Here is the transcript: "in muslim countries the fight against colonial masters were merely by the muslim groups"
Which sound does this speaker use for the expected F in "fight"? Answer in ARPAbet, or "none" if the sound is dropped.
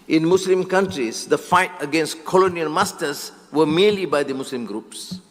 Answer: F